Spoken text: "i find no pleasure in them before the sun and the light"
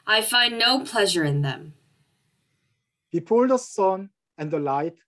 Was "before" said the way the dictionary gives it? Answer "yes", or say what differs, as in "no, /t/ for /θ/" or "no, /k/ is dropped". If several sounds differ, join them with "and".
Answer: no, /p/ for /f/